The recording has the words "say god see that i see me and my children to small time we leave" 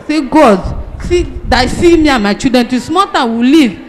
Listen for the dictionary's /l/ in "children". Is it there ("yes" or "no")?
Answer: no